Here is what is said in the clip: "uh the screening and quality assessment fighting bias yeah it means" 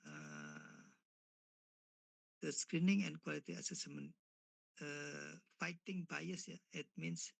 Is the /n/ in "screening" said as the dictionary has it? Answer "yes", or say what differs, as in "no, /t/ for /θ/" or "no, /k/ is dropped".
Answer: yes